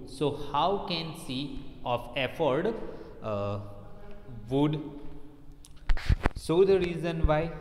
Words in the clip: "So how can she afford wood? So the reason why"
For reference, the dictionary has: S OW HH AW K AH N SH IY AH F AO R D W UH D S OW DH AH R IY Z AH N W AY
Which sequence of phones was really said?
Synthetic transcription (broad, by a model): S OW HH AW K AH N S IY AH F AO R D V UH D S OW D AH R IY Z AH N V AY